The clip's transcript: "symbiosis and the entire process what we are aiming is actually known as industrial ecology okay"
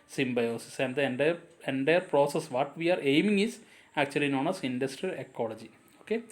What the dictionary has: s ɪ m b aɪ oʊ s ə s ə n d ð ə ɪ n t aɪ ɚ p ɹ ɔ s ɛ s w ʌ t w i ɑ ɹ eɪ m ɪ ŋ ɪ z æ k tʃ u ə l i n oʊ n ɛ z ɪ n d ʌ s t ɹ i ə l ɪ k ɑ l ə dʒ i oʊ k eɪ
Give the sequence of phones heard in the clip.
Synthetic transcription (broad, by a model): s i m b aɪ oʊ s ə s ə n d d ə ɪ n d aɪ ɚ p ɹ ɔ s ɛ s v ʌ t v i ɑ ɹ eɪ m ɪ ŋ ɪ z æ k tʃ u ə l i n oʊ n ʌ s ɪ n d ʌ s t ɹ i ə l ɪ k ɑ l ə dʒ i oʊ k eɪ